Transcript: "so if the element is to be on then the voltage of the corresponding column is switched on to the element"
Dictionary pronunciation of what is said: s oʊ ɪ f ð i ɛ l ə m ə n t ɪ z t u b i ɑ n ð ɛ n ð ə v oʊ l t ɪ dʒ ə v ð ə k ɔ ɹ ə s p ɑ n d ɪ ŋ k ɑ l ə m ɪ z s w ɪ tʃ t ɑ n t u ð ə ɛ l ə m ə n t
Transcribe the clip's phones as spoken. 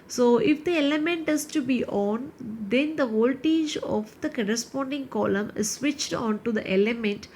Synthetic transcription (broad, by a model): s oʊ ɪ f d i ɛ l ə m ə n t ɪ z t u b i ɑ n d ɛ n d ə v oʊ l t ɪ dʒ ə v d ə k ɔ ɹ ə s p ɑ n d ɪ ŋ k ɑ l ə m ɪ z s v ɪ tʃ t ɑ n t u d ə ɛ l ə m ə n t